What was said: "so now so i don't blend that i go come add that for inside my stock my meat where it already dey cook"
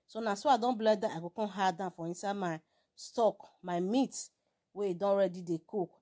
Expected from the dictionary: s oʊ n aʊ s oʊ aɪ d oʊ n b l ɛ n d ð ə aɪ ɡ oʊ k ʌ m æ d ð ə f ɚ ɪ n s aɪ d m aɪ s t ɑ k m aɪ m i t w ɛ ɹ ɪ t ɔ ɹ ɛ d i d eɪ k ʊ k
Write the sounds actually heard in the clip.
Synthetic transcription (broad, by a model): s oʊ n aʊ s oʊ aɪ d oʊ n b l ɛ d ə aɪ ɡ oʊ k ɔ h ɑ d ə f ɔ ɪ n s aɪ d m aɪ s t ɑ k m aɪ m i t w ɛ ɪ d ɔ ɹ ɛ d i d eɪ k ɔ k